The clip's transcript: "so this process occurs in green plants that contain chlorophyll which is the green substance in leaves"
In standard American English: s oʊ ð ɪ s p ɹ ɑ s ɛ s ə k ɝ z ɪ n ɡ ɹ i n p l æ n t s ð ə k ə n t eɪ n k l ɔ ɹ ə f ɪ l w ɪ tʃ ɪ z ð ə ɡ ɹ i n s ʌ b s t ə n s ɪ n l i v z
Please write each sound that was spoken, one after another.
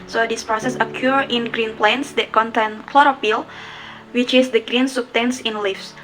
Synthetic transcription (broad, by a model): s oʊ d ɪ s p ɹ ɑ s ɛ s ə k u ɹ ɪ n ɡ ɹ i n p l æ n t s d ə k ə n t eɪ n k l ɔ ɹ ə p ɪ l w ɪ tʃ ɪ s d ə ɡ ɹ i n s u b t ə n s ɪ n l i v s